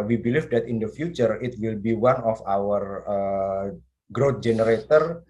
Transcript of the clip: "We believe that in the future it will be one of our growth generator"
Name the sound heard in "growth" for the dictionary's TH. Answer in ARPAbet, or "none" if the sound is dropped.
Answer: T